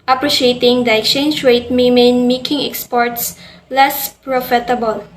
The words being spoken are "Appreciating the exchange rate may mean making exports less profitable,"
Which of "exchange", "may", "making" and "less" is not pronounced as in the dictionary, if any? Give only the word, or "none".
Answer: none